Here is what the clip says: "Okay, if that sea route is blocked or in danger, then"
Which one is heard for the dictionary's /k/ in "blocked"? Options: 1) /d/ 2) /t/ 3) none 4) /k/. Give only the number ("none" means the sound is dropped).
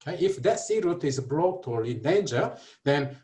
3